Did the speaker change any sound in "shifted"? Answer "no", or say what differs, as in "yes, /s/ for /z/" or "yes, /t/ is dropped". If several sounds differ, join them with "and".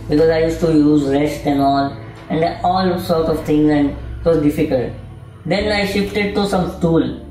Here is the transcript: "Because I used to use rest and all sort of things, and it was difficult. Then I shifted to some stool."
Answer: no